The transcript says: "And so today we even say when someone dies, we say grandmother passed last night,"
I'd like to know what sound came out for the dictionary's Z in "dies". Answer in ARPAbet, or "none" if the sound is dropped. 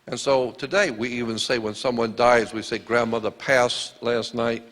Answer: Z